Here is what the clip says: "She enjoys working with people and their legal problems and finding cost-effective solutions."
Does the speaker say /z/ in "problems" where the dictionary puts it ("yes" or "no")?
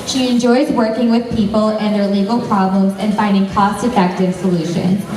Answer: yes